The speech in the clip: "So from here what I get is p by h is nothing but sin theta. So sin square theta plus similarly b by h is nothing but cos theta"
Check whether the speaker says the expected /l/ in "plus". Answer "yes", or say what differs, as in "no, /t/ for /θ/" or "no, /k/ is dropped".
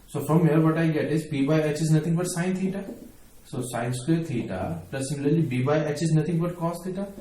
no, /l/ is dropped